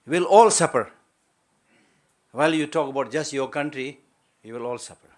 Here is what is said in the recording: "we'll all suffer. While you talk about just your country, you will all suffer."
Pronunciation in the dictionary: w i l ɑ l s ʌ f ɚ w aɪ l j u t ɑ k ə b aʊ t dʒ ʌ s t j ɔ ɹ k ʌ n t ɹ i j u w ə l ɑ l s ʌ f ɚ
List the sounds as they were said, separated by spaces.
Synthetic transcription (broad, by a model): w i l ɑ l s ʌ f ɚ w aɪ l j u t ɑ k ə b aʊ t dʒ ʌ s t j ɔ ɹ k ʌ n t ɹ i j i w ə l ɑ l s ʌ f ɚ